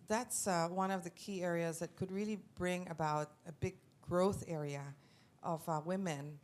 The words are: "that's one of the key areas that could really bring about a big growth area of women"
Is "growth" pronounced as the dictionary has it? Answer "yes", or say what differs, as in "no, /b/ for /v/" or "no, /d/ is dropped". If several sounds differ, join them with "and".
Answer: yes